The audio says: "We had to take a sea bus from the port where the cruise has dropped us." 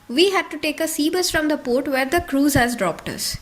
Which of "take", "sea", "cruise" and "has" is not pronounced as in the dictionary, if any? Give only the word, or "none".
none